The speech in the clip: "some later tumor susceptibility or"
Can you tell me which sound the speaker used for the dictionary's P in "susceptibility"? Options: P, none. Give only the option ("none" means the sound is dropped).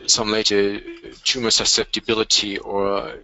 P